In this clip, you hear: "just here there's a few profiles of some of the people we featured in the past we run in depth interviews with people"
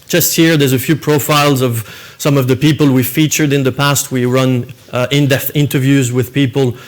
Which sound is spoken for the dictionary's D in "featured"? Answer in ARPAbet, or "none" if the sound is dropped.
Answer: D